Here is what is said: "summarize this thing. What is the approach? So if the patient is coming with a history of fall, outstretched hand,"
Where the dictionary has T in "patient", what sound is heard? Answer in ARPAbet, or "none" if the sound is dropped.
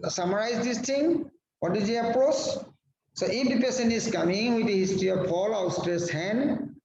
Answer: none